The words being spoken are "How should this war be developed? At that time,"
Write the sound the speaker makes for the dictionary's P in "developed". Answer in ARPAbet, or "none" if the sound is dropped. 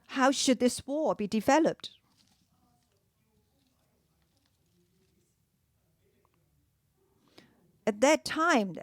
P